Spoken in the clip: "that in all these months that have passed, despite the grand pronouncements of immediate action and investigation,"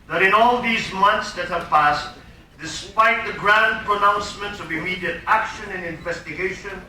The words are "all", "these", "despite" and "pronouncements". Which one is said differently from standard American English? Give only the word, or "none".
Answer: none